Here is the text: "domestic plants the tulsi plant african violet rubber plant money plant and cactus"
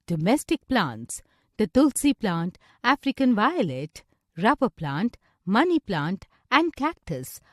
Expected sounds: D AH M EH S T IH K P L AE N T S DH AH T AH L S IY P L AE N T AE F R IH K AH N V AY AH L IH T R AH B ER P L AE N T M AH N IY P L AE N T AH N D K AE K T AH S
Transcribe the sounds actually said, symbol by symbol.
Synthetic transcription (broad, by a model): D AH M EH S T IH K P L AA N T S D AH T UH L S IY P L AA N T AE F R IH K AH N V AY AH L IH T R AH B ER P L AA N T M AH N IY P L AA N T AH N D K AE K T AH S